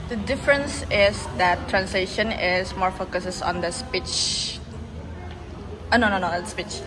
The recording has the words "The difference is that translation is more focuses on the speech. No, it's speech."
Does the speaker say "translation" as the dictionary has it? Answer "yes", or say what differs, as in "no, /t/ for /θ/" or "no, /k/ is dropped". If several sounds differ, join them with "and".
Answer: yes